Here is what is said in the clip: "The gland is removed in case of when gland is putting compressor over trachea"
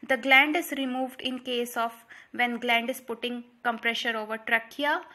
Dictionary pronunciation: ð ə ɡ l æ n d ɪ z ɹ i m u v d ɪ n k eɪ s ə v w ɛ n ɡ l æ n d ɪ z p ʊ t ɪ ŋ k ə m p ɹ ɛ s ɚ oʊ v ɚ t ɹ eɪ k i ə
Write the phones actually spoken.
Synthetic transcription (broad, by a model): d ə ɡ l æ n d ɪ z ɹ i m u v d ɪ n k eɪ s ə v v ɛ n ɡ l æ n d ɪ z p ʊ t ɪ ŋ k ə m p ɹ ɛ ʃ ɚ oʊ v ɚ t ɹ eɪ k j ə